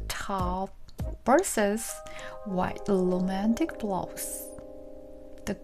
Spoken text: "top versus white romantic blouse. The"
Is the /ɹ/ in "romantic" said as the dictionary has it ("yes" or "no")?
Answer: no